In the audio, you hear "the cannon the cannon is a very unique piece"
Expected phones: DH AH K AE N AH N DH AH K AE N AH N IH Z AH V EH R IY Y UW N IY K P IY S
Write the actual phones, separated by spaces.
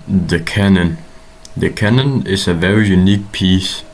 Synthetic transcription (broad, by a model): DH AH K AE N AH N DH AH K AE N AH N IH S AH V EH R IY Y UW N IY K P IY S